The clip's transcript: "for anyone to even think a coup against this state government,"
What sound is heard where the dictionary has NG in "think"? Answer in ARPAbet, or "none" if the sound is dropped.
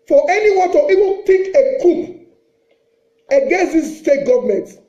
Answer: none